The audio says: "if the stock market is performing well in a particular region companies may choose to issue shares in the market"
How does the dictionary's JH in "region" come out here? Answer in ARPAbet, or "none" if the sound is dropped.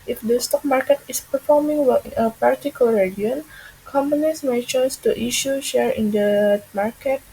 none